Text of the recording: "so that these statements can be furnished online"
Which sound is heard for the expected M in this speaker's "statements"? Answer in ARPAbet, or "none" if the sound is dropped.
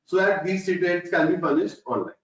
none